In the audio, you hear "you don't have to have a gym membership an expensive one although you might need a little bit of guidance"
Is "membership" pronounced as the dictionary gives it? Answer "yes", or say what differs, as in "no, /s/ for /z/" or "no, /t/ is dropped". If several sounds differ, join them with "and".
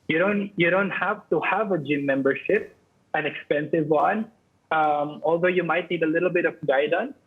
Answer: yes